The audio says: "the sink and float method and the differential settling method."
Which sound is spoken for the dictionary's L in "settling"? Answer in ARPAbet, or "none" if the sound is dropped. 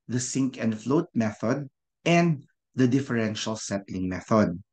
L